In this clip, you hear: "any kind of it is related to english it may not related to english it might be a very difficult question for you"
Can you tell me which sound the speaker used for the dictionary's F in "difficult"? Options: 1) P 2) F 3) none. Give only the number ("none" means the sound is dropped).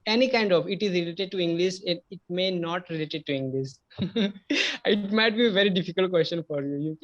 2